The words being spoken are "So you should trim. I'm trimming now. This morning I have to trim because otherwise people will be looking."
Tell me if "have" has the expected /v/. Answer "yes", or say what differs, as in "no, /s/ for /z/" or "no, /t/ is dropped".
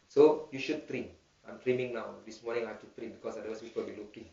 no, /f/ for /v/